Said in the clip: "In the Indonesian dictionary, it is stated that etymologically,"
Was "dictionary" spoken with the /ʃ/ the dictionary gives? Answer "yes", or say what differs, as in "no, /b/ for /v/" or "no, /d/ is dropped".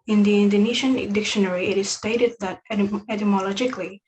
yes